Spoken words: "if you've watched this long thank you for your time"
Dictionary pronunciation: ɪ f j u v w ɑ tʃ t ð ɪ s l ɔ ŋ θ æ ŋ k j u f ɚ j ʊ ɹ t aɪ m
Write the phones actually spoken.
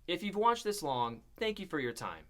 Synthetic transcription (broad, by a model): ɪ f j u v w ɑ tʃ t ð ɪ s l ɔ ŋ θ æ ŋ k j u f ɚ j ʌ ɹ t aɪ m